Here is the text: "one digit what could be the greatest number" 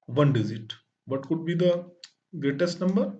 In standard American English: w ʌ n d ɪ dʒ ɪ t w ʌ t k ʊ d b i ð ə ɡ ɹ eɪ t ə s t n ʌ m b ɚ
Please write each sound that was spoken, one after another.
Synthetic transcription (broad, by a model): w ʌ n d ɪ z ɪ t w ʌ t k ʊ d b i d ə ɡ ɹ eɪ t ə s t n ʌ m b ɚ